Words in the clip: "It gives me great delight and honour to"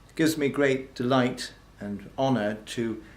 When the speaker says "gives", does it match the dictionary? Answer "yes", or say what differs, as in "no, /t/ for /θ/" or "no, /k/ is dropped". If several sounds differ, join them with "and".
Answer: yes